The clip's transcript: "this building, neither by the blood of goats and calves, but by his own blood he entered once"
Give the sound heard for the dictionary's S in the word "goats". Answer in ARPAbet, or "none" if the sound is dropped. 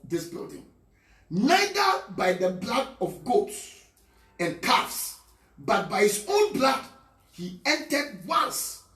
S